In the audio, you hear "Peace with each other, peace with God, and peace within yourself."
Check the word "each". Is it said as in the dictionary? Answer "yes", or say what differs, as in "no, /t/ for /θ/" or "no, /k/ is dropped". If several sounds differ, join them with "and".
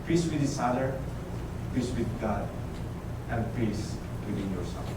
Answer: no, /s/ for /tʃ/